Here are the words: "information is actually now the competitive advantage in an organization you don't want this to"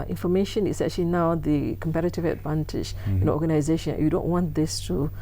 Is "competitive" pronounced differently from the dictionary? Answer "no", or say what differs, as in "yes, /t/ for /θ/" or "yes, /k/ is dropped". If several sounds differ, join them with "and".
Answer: no